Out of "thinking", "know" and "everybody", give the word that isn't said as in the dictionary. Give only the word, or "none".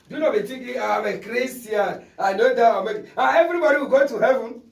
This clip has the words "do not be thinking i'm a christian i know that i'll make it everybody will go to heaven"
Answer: thinking